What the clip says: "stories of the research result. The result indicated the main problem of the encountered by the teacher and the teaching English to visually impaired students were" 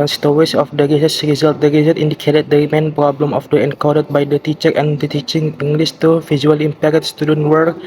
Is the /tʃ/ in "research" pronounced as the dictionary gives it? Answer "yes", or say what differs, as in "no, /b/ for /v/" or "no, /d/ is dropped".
no, /s/ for /tʃ/